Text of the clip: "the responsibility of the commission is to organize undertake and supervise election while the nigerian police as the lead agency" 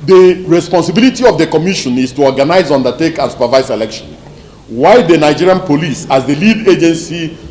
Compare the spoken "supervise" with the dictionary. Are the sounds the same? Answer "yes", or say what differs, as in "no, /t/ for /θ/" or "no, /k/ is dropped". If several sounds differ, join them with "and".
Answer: no, /s/ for /z/